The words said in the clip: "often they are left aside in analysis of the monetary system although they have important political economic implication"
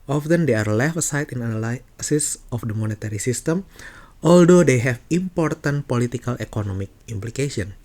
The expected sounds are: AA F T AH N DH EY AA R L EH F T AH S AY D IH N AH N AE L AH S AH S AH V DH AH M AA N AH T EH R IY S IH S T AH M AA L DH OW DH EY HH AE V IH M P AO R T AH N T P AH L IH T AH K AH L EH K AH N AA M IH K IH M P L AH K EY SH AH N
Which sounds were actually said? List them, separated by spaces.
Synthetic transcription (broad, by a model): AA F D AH N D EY AA R L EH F AH S AY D IH N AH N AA L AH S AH S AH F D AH M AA N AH T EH R IY S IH S T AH M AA L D OW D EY HH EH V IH M P AO R T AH N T P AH L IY T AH K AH L EH K AH N AA M IH K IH M P L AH K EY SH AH N